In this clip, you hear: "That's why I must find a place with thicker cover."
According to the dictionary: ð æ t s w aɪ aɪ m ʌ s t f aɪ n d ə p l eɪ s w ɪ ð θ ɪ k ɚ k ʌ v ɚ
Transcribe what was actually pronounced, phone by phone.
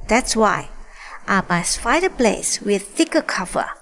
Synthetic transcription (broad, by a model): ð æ t s w aɪ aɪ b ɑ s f aɪ d ə p l eɪ s w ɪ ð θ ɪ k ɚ k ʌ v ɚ